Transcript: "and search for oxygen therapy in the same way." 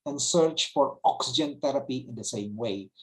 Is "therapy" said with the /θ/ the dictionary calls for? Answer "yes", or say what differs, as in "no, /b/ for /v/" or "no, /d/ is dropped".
no, /t/ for /θ/